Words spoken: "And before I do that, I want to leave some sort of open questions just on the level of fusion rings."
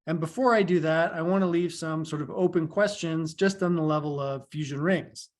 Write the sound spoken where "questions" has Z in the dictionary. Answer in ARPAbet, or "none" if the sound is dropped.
Z